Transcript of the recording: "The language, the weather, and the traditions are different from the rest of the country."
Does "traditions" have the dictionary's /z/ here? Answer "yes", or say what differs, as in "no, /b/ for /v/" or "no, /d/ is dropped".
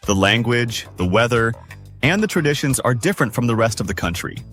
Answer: yes